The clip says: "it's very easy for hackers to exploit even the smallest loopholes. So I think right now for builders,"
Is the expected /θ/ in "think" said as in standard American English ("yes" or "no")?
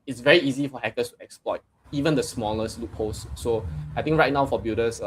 no